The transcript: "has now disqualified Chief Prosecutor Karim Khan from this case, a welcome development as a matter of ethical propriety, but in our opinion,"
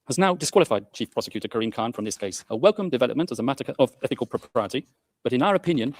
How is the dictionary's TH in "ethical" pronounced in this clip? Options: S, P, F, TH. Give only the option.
TH